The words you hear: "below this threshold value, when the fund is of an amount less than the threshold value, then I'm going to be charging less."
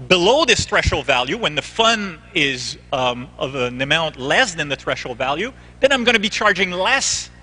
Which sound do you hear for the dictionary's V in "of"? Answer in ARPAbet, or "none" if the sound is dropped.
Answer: V